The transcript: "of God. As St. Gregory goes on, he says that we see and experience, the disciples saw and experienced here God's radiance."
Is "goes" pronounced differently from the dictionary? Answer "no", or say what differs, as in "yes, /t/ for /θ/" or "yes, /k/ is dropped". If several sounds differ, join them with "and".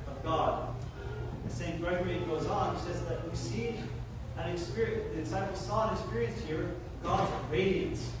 no